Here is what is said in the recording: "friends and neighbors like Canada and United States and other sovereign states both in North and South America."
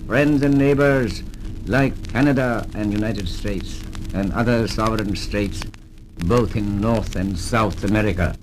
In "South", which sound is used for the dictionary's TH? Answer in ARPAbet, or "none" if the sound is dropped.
TH